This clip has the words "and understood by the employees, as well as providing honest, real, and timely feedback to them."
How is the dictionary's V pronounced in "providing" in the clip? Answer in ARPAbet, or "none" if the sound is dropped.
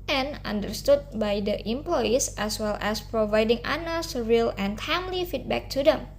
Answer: V